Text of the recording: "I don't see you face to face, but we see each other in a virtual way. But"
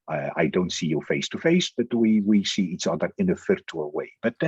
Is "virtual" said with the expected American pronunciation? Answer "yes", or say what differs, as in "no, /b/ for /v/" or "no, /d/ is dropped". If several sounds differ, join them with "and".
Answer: no, /f/ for /v/